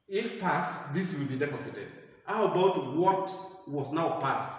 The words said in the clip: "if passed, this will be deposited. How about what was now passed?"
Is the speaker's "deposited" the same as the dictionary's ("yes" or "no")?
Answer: no